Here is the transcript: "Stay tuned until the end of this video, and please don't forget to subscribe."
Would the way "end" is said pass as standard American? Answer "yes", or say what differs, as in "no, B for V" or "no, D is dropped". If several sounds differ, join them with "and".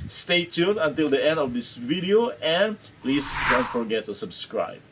yes